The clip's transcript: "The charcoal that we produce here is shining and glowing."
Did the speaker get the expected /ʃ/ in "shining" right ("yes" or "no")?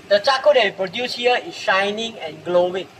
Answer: yes